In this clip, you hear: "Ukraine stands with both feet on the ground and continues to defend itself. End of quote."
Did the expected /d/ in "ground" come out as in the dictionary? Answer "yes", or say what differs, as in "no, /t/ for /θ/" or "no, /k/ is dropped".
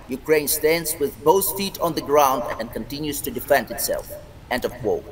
yes